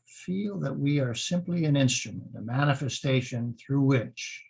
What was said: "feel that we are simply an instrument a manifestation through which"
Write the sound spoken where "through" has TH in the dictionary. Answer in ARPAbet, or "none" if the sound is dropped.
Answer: TH